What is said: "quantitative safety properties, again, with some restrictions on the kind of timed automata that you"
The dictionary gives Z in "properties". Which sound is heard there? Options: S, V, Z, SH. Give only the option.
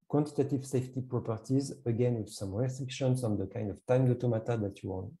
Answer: Z